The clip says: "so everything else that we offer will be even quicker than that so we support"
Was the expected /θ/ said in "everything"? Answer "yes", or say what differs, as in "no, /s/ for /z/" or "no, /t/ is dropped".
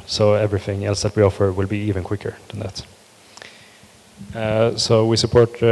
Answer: yes